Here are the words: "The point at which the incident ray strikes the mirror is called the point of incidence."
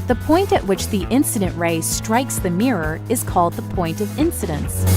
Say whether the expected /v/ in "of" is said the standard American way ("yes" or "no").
yes